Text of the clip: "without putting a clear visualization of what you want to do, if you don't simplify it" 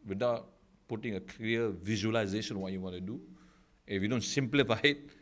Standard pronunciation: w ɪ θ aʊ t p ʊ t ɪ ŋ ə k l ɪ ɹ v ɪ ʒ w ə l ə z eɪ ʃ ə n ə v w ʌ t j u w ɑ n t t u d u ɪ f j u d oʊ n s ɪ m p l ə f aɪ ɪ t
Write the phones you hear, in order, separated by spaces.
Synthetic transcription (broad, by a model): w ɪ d aʊ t p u t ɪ ŋ ə k ʌ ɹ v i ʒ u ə l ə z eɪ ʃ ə n w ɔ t j u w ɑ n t t u d u ɪ f j u d oʊ n s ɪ m p l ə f aɪ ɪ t